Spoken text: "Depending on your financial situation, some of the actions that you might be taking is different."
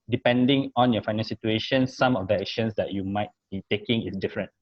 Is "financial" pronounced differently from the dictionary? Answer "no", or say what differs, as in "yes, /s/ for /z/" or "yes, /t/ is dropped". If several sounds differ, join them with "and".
yes, /n/ is dropped and /ʃ/ is dropped and /n/ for /l/